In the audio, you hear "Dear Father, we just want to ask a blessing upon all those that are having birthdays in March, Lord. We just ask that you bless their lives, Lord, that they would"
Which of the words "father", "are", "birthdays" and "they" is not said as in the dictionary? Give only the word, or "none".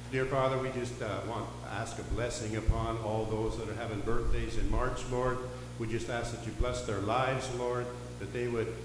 none